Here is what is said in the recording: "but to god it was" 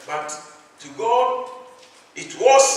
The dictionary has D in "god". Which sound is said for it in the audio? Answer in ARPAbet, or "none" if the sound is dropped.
none